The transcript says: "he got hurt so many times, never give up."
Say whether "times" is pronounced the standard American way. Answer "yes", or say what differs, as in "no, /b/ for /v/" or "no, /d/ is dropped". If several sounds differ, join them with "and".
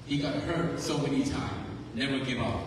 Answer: no, /z/ is dropped